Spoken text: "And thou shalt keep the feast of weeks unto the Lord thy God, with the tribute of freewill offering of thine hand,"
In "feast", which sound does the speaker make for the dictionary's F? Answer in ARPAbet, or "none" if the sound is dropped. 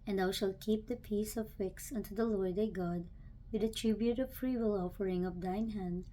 P